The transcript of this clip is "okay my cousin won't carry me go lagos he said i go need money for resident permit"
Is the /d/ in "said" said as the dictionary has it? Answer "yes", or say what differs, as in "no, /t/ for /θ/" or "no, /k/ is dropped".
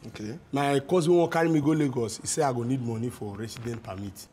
no, /d/ is dropped